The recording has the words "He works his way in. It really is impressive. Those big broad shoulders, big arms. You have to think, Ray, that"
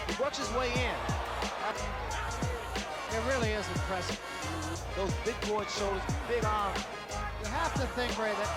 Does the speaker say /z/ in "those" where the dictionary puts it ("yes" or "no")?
yes